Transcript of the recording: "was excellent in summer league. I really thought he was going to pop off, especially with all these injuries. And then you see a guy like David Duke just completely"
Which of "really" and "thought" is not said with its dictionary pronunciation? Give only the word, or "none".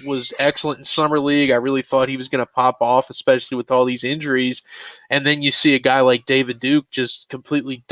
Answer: none